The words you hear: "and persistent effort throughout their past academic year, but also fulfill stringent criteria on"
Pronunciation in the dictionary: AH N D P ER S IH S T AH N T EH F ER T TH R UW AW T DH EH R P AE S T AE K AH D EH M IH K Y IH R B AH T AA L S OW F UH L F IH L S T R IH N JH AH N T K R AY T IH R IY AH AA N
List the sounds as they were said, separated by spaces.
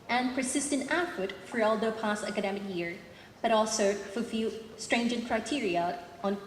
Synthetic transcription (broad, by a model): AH N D P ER S IH S T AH N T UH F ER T F R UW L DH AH P AE S T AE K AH D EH M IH K Y IH R B AH T AA L S OW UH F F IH S T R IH N JH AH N K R AY T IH R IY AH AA N